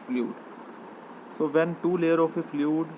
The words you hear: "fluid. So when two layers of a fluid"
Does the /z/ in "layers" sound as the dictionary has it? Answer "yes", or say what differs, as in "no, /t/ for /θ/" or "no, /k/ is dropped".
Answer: no, /z/ is dropped